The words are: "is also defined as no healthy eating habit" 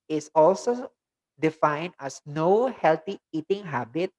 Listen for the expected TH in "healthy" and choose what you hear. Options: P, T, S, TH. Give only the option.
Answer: T